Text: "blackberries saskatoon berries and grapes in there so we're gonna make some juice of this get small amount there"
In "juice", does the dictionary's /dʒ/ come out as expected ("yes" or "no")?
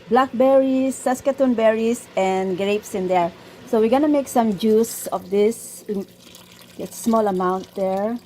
yes